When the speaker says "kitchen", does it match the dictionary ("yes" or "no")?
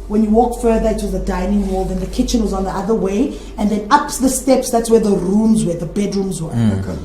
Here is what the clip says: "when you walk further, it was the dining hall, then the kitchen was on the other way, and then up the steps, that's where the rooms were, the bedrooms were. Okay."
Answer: yes